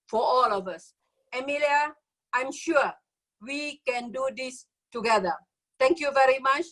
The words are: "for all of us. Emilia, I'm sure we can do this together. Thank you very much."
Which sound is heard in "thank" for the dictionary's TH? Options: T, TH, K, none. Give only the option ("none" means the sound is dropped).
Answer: T